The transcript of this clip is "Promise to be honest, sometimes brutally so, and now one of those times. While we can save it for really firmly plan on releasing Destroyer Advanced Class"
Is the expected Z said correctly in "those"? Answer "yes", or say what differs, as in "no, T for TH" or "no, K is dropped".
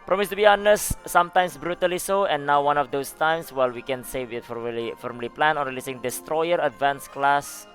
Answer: no, S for Z